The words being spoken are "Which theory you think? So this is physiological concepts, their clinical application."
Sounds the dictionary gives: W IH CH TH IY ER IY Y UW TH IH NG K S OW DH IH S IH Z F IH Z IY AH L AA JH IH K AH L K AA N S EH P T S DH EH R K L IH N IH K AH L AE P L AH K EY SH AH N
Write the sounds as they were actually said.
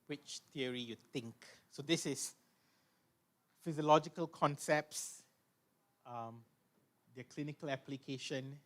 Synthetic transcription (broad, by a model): W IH CH T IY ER IY Y UW T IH NG K S OW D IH S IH S F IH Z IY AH L AA JH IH K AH L K AA N S EH P T S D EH K L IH N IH K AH L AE P L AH K EY SH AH N